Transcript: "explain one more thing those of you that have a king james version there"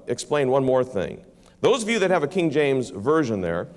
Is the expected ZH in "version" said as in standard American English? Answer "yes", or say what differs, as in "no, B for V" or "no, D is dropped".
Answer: yes